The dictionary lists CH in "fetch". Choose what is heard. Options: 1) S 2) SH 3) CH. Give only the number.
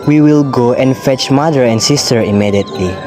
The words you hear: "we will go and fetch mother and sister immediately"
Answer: 3